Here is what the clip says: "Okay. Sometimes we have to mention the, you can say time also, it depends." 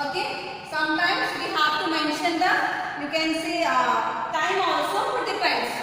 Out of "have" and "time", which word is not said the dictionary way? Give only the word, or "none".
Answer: have